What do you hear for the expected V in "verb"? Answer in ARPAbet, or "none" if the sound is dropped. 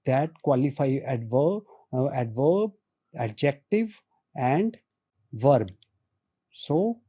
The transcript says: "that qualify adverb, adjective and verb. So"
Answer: V